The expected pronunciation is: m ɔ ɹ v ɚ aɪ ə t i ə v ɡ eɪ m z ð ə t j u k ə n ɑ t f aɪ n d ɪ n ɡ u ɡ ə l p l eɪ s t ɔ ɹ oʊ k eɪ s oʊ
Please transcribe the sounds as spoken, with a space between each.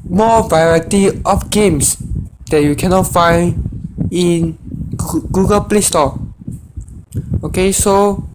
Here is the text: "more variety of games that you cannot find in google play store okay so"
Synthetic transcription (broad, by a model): m ɔ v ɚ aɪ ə t i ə f ɡ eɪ m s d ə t j u k ə n ɑ t f aɪ n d ɪ n ɡ u ɡ ə l p l eɪ s t ɔ oʊ k eɪ s oʊ